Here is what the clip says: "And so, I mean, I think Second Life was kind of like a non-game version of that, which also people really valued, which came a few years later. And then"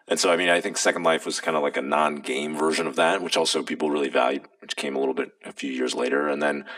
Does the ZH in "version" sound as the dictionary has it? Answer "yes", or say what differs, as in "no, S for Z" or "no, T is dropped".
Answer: yes